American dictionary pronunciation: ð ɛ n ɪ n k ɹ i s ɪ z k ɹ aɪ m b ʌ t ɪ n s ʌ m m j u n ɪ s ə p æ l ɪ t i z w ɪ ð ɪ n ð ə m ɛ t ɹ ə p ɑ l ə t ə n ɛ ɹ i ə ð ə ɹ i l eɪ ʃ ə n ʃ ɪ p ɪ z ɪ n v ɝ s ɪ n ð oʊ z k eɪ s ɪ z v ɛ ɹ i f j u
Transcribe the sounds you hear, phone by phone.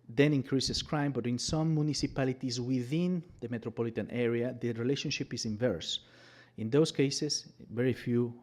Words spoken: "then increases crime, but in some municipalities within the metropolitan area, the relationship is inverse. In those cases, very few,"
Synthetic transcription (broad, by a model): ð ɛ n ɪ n k ɹ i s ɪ s k ɹ aɪ m b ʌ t ɪ n s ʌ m m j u n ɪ s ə p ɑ l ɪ t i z w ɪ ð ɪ n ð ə m ɛ t ɹ ə p ɑ l ə t ə n ɛ ɹ i ə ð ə ɹ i l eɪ ʃ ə n ʃ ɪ p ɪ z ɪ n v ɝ s ɪ n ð oʊ s k eɪ s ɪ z v ɛ ɹ i f j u